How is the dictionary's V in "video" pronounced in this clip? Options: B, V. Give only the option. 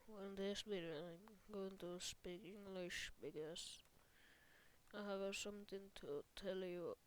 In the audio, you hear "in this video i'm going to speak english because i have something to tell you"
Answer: B